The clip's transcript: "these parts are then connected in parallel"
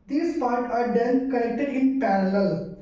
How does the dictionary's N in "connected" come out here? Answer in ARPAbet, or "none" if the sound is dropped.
L